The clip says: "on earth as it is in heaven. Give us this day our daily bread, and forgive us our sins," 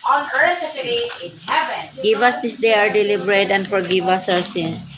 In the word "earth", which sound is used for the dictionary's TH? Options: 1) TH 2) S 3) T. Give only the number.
2